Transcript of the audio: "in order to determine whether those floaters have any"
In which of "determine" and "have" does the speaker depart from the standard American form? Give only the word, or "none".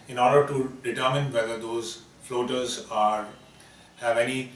none